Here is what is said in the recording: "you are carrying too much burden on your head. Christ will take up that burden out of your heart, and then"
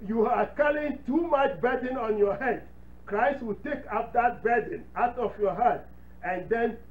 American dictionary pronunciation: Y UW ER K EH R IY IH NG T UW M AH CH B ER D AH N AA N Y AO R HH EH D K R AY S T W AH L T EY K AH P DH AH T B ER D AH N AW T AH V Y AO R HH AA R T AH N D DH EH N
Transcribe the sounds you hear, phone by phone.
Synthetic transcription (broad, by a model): Y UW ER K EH L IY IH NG T UW M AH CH B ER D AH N AA N Y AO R HH EH D K R AY S T W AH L T EY K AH P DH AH T B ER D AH N AW T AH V Y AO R HH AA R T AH N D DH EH N